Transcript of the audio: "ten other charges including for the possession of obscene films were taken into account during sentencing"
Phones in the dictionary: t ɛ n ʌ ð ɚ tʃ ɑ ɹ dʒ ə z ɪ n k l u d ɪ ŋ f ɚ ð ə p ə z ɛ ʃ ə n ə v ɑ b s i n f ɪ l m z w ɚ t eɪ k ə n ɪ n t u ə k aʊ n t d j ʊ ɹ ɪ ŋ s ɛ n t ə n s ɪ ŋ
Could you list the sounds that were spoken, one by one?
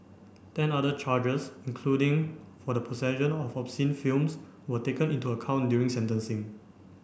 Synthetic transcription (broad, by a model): t ɛ n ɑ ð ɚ tʃ ɑ dʒ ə s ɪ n k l u d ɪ ŋ f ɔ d ə p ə s ɛ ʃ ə n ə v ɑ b s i n f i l m s w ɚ t eɪ k ə n ɪ n t u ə k aʊ n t d j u ɹ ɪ ŋ s ɛ n t ə n s ɪ ŋ